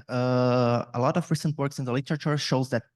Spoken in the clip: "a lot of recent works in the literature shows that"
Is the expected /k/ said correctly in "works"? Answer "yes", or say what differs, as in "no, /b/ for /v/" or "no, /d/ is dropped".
yes